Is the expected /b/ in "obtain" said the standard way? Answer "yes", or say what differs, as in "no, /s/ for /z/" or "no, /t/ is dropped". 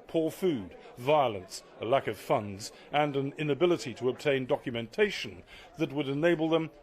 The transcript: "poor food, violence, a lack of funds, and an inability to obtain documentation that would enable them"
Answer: yes